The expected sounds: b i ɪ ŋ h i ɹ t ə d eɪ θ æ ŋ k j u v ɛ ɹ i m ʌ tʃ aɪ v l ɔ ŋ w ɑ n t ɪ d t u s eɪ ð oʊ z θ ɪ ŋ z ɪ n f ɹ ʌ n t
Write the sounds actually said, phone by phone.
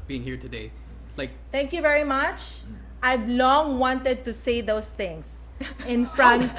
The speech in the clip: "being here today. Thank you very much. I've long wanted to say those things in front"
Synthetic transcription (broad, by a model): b i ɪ ŋ h i ɹ t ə d eɪ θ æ ŋ k j u v ɛ ɹ i m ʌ tʃ aɪ v l ɔ ŋ w ɑ n t ɪ d t u s eɪ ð oʊ s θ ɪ ŋ s ɪ n f ɹ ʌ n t